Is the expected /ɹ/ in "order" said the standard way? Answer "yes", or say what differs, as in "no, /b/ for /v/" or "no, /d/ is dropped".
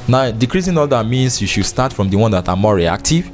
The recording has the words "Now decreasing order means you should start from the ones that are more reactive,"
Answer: no, /l/ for /ɹ/